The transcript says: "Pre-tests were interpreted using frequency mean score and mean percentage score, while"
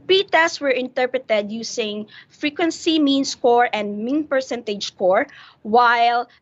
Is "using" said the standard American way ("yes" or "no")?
no